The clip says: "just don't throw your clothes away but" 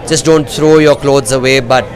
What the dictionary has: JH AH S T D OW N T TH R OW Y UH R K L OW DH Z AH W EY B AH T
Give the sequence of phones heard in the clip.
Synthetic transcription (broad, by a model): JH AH S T D OW N T T R OW Y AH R K L OW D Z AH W EY B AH T